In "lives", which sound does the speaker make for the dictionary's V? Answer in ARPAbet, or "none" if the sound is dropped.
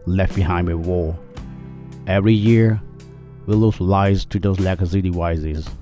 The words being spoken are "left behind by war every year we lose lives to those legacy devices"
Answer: none